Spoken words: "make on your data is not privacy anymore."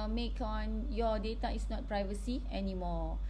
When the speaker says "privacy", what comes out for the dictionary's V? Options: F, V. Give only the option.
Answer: V